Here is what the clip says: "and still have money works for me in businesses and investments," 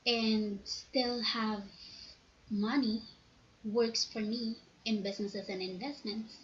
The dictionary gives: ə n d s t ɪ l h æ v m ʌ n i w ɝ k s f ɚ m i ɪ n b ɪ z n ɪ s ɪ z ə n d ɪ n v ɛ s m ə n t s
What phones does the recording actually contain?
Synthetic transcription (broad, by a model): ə n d s t ɪ l h æ v m ʌ n i w ɝ k s f ɚ m i ɪ n b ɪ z n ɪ s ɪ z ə n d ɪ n v ɛ s m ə n t s